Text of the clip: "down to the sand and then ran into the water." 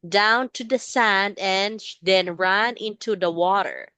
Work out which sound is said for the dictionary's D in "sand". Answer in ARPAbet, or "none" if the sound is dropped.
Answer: D